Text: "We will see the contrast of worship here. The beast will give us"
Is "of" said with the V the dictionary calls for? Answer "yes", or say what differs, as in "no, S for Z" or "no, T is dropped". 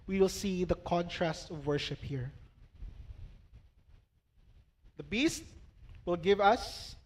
yes